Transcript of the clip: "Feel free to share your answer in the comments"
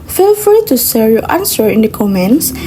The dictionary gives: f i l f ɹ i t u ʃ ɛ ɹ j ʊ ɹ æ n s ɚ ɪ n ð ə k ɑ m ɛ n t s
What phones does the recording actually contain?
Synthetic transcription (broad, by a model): f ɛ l f ɹ i t u s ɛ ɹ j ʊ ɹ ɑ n s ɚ ɪ n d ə k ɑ m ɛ n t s